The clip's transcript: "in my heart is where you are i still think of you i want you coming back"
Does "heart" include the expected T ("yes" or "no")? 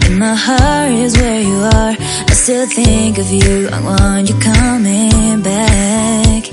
no